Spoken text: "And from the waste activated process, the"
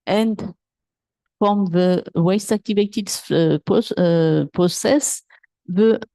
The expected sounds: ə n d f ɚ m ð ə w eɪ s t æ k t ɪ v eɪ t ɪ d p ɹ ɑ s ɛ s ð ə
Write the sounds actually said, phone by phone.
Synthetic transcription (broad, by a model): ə n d f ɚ m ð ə w eɪ s t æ k t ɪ v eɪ t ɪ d p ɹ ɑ s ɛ s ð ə